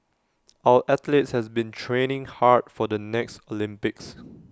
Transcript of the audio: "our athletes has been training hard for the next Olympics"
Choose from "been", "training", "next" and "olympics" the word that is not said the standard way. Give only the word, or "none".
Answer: none